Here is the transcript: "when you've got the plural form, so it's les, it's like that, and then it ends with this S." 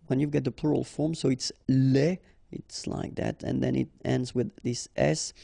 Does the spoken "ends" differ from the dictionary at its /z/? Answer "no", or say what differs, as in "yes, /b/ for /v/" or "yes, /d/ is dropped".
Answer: no